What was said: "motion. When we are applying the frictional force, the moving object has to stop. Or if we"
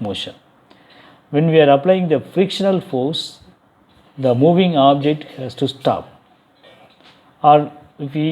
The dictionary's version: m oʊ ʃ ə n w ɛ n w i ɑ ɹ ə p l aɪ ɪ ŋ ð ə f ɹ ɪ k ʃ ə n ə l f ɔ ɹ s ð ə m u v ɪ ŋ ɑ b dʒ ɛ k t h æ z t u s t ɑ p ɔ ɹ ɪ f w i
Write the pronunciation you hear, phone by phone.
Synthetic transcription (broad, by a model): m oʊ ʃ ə n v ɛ n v i ɑ ɹ ə p l aɪ ɪ ŋ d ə f ɹ ɪ k ʃ ə n ə l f ɔ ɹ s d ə m u v ɪ ŋ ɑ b dʒ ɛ k t h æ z t u s t ɑ p ɔ ɹ ɪ f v i